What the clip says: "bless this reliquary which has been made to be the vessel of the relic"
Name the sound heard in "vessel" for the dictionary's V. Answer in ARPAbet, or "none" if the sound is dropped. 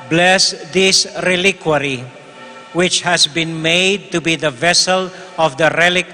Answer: V